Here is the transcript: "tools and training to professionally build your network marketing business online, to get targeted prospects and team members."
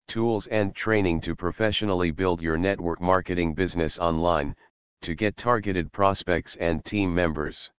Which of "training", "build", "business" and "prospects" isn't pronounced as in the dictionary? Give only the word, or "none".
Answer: none